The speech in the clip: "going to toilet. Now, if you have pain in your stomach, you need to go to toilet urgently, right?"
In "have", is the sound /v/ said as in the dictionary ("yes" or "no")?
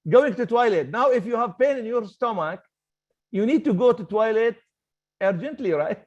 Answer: yes